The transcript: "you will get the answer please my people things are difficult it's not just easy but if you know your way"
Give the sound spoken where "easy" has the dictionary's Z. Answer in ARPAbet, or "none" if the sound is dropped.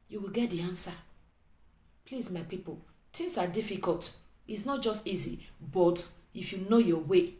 Z